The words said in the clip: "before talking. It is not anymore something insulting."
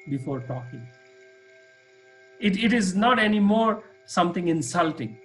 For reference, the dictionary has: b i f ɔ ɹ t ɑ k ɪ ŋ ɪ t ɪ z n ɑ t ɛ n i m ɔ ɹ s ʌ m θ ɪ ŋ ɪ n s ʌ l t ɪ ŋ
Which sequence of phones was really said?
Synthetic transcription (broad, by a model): b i f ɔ ɹ t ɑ k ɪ ŋ ɪ t ɪ z n ɑ t ɛ n i m ɔ ɹ s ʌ m t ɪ ŋ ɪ n s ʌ l t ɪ ŋ